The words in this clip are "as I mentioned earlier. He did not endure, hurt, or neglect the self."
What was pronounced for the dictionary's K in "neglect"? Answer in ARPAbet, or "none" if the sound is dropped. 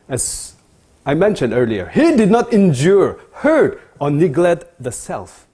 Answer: none